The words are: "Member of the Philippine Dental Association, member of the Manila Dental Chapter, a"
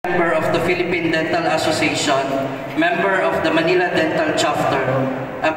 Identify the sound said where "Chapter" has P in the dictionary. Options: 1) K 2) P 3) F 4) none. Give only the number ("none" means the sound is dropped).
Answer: 3